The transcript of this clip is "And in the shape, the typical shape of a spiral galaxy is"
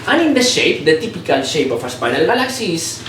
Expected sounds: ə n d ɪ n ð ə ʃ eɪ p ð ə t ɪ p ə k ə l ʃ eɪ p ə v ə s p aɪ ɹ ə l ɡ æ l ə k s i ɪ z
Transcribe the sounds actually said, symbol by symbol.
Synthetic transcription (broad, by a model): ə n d ɪ n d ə ʃ eɪ p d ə t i p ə k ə l ʃ eɪ p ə f ə s p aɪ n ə l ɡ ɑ l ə k s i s